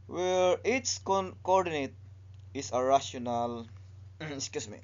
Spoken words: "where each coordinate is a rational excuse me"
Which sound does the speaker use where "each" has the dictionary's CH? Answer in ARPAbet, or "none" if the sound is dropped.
S